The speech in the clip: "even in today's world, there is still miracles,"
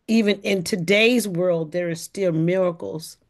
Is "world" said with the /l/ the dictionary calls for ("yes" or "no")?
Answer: yes